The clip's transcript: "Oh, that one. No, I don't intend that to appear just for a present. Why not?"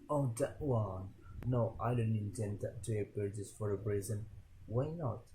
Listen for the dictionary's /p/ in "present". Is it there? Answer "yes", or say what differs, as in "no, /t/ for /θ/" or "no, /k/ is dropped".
no, /b/ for /p/